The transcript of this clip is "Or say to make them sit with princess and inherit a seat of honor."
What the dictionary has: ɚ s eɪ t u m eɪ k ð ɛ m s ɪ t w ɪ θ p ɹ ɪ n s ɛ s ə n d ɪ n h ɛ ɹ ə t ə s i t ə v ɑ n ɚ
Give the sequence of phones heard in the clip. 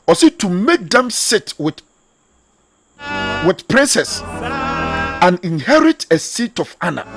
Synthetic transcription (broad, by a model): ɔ s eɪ t u m eɪ k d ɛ m s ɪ t w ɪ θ p ɹ ɪ n s ɛ s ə n ɪ n h ɛ ɹ ə t ə s i t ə f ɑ n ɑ